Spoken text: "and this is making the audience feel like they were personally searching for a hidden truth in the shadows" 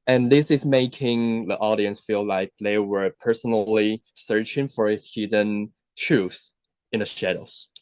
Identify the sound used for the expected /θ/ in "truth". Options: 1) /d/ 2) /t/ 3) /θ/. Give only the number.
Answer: 3